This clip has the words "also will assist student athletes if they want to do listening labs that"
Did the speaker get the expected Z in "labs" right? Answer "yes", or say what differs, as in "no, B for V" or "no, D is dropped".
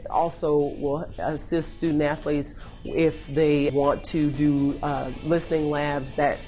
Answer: yes